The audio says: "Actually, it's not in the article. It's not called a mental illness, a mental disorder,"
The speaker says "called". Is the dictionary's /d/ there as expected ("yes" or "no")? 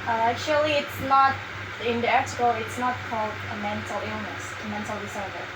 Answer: yes